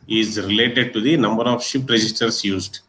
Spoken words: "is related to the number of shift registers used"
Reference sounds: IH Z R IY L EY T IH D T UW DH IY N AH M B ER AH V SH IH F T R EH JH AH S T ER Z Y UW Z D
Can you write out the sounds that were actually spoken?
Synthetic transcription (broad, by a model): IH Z R IY L EY T IH D T UW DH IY N AH M B ER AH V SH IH P T R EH JH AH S T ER S Y UW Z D